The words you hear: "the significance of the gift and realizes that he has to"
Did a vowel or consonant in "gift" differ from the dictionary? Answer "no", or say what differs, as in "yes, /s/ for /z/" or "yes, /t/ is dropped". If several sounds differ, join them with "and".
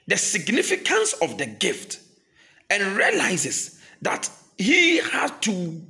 no